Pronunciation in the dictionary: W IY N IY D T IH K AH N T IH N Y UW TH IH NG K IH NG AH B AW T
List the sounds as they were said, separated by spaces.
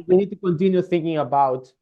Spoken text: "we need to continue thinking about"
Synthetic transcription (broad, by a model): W IY N IY D T IH K AH N T IH N Y UW TH IH NG K IH NG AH B AW T